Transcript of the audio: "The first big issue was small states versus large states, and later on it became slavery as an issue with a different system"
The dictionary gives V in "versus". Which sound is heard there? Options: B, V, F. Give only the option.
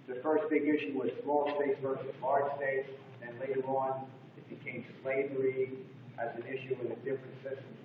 V